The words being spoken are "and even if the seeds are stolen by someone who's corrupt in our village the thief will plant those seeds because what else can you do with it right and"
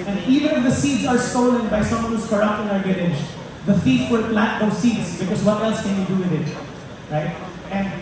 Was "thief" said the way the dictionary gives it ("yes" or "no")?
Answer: no